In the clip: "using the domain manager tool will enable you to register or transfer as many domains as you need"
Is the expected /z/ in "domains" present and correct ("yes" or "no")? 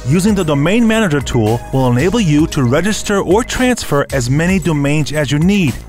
yes